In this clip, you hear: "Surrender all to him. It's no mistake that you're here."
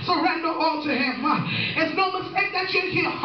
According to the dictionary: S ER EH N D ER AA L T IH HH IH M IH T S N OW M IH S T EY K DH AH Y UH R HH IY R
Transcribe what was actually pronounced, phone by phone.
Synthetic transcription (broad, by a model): S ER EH N D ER AA L T IH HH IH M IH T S N OW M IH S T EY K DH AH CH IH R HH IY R